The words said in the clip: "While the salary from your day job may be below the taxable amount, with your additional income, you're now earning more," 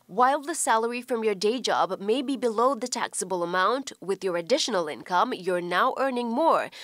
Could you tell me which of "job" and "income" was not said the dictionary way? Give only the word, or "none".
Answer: none